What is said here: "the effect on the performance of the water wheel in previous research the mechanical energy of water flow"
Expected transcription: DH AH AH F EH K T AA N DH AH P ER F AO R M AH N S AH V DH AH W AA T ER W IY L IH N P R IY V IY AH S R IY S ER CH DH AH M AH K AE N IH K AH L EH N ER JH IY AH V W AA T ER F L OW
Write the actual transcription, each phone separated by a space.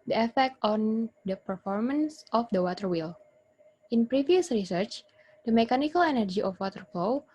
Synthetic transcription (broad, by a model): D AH AH F EH K T AA N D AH P ER F AO R M AH N S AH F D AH W AA T ER W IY L IH N P R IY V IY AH S R IY S ER CH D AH M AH K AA N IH K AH L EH N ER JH IY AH F W AA T ER F L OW